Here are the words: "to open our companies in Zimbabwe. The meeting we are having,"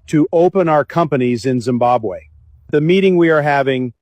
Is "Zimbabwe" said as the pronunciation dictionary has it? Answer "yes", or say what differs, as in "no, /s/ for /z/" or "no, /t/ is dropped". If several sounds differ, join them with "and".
yes